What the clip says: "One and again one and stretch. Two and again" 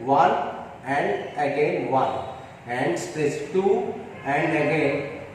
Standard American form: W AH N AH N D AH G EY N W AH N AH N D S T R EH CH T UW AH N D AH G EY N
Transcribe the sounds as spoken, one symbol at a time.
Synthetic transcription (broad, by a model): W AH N AH N D AH G EY N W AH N AH N D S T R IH S T UW AH N D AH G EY N